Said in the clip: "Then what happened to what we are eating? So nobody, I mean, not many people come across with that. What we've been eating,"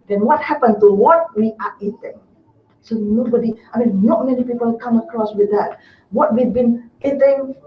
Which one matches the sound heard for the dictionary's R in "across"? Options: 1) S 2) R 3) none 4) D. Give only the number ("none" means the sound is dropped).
2